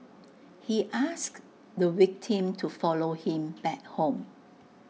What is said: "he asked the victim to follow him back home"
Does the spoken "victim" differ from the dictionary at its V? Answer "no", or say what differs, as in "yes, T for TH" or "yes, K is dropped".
yes, W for V